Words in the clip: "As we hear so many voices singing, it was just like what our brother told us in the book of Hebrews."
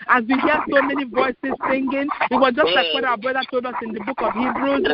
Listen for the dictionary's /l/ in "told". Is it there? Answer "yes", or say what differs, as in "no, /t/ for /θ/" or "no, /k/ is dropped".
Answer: yes